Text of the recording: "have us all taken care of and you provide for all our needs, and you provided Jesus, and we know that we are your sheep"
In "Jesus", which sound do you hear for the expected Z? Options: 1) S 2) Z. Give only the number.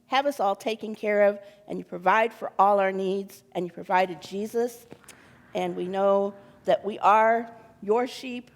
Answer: 2